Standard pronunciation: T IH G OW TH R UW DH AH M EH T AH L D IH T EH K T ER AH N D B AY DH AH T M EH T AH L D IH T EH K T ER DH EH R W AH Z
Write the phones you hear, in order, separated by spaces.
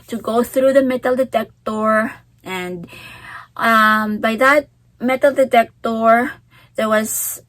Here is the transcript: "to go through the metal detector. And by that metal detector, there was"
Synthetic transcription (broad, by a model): T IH G OW TH R UW DH AH M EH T L D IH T EH K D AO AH N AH B AY DH AH T M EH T L D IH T EH K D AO DH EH R W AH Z